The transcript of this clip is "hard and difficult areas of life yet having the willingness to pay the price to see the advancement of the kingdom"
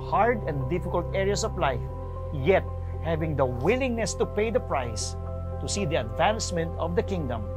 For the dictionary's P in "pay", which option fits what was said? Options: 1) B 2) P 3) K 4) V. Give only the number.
2